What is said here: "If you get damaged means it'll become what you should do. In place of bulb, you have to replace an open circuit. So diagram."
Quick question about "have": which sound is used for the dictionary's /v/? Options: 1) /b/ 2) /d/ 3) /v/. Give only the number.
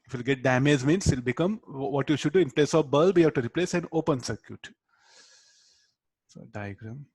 1